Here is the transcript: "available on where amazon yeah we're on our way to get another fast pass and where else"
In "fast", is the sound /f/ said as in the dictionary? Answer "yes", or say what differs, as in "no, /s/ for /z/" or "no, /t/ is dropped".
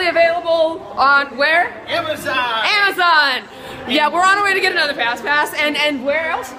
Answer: no, /p/ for /f/